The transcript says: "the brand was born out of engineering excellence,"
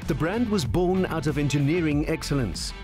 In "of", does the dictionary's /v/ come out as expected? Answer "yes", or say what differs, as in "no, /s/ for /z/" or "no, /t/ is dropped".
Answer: yes